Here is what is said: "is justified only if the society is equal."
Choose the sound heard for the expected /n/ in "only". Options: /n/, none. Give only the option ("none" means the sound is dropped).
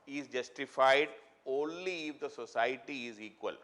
/n/